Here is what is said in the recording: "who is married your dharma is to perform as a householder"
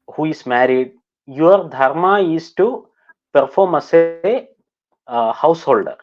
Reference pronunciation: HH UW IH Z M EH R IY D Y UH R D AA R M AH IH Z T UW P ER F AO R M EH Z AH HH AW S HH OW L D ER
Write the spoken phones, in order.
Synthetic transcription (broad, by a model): HH UW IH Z M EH R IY D Y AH R D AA R M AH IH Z T UW P ER F AO R M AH S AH HH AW S HH OW L D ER